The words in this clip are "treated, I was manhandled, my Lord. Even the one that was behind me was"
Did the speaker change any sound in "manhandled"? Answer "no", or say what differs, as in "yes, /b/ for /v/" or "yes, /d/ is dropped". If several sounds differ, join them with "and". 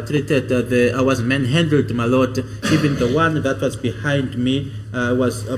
yes, /l/ is dropped